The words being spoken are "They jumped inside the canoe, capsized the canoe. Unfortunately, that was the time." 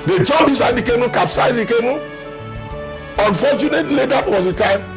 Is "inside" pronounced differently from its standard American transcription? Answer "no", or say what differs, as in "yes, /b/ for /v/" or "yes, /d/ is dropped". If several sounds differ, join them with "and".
yes, /n/ is dropped